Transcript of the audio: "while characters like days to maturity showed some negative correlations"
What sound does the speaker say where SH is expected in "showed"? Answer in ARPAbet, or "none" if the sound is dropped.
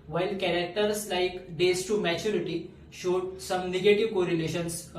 SH